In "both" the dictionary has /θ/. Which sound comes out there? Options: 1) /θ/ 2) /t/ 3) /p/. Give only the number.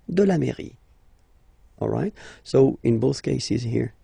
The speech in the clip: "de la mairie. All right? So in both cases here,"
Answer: 1